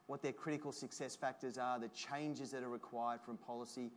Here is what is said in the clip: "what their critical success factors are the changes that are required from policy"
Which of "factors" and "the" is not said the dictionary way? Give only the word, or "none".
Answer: none